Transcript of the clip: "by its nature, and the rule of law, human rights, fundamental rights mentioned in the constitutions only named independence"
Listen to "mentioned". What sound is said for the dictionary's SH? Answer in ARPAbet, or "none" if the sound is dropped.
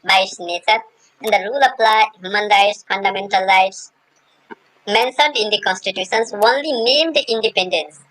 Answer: S